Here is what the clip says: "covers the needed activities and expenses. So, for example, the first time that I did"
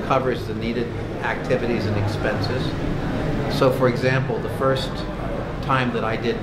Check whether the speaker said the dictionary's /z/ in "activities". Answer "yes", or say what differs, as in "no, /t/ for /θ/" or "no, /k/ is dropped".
yes